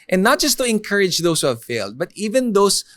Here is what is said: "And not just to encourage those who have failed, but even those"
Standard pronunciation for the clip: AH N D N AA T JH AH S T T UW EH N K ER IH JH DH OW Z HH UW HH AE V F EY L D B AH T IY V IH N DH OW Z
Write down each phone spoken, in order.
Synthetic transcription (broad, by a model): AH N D N AA T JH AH S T T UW EH N K ER IH JH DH OW S HH UW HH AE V F EY L D B AH T IY V IH N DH OW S